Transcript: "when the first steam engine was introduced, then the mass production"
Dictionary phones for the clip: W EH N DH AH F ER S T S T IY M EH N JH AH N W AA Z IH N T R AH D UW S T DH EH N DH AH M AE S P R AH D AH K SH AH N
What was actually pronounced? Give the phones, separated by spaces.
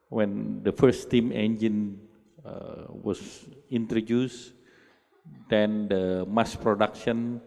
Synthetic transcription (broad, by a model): W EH N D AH F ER T S T IY M EH N JH AH N W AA S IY N T R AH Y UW S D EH N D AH M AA S P R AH D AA K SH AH N